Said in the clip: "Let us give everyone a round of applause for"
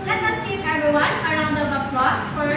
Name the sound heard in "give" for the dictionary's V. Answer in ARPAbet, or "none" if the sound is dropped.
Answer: P